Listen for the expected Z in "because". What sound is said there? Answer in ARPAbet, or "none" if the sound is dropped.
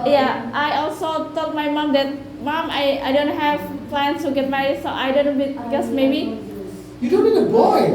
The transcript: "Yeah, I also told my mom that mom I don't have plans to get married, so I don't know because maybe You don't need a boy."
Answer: S